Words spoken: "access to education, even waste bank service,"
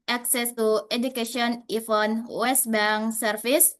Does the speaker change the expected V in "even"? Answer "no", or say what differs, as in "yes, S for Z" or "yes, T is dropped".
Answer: yes, F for V